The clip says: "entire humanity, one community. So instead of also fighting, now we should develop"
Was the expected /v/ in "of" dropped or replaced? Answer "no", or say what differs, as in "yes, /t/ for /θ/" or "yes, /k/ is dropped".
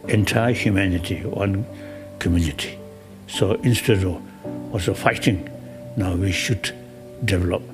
yes, /w/ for /v/